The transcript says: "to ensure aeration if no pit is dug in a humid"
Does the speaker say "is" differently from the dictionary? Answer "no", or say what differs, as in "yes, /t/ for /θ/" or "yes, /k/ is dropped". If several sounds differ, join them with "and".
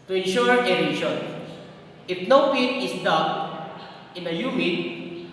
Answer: yes, /s/ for /z/